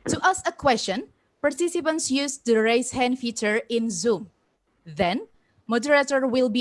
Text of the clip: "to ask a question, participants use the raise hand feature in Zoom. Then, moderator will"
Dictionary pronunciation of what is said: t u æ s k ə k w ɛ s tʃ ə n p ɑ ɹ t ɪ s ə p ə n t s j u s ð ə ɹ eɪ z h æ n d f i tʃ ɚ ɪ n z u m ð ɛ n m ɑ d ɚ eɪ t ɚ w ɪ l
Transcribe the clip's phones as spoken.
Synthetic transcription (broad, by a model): t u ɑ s ə k w ɛ s tʃ ə n p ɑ ɹ t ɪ s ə p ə n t s j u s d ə ɹ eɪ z h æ n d f i tʃ ɚ ɪ n z u m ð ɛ n m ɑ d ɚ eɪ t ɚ w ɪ l